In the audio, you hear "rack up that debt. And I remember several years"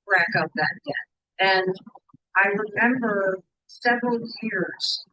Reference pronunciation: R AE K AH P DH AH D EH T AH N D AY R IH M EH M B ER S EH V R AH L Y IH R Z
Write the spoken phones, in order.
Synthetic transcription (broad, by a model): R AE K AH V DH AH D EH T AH N AY R IH M EH M B ER S EH V R AH L Y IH R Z